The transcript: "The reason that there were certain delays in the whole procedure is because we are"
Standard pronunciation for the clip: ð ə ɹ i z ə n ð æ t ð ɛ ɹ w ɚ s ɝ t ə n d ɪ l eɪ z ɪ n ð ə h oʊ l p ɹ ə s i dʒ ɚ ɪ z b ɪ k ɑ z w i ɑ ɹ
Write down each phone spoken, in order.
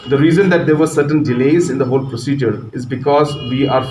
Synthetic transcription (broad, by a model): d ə ɹ i z ə n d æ t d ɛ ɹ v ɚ s ɝ t ə n d ɪ l eɪ z ɪ n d ə h oʊ l p ɹ ə s i dʒ ɚ ɪ z b ɪ k ɑ z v i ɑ ɹ